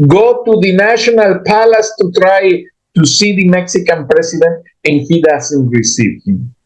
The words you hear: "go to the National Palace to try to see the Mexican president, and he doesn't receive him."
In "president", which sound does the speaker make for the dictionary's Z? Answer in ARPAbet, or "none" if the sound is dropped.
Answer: S